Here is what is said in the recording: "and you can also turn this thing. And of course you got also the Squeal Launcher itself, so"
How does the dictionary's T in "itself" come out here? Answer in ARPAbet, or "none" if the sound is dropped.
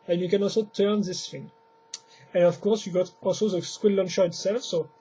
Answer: T